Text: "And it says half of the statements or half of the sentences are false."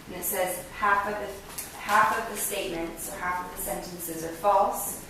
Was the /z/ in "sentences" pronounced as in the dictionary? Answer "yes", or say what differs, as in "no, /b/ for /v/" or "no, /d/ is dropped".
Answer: yes